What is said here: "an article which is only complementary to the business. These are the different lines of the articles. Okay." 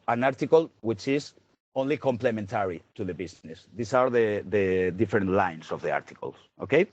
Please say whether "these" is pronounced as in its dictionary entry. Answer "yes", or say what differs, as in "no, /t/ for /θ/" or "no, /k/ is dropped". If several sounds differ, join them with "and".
no, /s/ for /z/